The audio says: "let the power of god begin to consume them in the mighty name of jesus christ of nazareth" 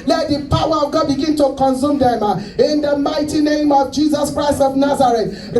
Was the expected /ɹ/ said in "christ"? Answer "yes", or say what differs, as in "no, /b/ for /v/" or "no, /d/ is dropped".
yes